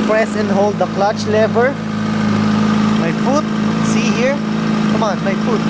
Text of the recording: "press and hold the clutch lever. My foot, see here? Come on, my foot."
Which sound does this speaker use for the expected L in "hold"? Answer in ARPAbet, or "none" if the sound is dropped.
L